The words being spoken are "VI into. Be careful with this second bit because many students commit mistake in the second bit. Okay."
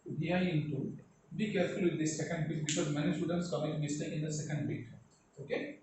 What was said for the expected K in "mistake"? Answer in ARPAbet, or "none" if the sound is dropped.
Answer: none